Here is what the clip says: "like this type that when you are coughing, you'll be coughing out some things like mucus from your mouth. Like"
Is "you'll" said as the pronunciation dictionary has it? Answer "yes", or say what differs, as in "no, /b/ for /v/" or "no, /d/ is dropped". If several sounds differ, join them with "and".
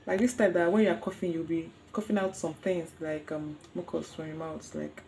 no, /w/ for /l/